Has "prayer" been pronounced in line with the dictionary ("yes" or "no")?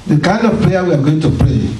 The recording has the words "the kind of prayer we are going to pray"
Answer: no